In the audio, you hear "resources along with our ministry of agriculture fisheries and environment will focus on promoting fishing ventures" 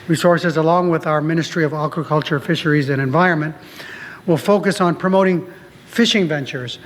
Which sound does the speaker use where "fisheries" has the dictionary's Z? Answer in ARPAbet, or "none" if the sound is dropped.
Z